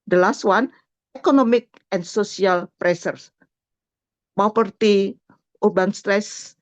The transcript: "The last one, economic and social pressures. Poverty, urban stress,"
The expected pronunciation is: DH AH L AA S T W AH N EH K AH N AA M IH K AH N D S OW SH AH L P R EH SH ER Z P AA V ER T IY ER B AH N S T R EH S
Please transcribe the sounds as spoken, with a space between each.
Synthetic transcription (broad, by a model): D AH L AA S T W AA N EH K AH N AA M IH K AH N S OW S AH L P R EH S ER S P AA P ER T IY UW B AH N S T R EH S